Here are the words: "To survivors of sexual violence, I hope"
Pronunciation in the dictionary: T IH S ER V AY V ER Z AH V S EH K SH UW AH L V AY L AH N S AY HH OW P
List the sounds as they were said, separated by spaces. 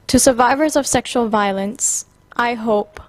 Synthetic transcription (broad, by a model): T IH S ER V AY V ER Z AH V S EH K SH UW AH L V AY L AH N S AY HH OW P